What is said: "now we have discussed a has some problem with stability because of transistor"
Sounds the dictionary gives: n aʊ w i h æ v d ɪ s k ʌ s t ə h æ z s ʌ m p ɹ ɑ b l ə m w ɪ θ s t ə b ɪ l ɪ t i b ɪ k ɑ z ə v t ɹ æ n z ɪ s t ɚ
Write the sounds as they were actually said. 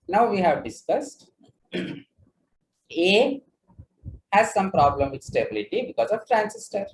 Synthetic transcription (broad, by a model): n aʊ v i h æ v d ɪ s k ʌ s t ə h æ z s ʌ m p ɹ ɑ b l ə m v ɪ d s t ə b ɪ l ɪ t i b ɪ k ɑ z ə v t ɹ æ n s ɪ s t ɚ